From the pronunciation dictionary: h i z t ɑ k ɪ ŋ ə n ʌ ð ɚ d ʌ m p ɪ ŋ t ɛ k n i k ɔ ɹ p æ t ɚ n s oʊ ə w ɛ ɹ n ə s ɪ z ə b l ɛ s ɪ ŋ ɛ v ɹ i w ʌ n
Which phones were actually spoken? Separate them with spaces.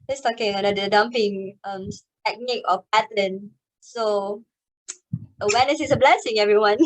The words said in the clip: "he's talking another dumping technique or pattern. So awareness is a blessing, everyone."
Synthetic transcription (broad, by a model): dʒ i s t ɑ k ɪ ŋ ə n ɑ ɚ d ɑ m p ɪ ŋ t ɛ k n i k ɔ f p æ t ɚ n s oʊ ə w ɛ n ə s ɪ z ə b l ɛ s ɪ ŋ ɛ v ɹ i w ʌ n